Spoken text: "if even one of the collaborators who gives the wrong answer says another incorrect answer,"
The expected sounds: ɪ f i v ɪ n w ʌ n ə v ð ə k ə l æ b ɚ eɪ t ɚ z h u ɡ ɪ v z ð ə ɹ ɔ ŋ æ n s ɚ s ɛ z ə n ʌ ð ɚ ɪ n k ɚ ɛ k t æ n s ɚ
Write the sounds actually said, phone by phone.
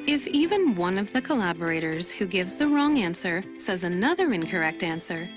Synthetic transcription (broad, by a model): ɪ f i v ɪ n w ʌ n ə v ð ə k ə l æ b ɚ eɪ t ɚ z h u ɡ ɪ v z ð ə ɹ ɔ ŋ æ n s ɚ s ɛ z ə n ʌ ð ɚ ɪ n k ɚ ɛ k t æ n s ɚ